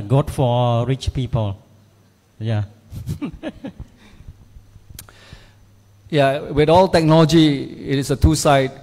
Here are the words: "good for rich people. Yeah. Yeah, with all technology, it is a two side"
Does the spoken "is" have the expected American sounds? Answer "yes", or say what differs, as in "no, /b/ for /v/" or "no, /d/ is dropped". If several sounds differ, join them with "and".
no, /s/ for /z/